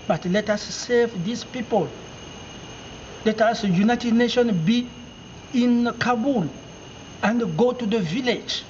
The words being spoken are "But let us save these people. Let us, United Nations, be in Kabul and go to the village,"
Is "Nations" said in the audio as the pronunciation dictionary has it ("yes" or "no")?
no